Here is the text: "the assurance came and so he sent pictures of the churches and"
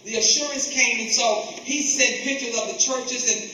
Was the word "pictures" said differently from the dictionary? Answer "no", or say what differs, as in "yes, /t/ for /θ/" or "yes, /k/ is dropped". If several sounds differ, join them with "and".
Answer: yes, /k/ is dropped